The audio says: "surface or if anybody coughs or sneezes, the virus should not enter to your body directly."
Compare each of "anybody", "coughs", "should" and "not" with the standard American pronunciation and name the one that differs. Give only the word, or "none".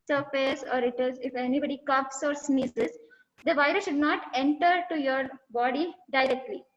coughs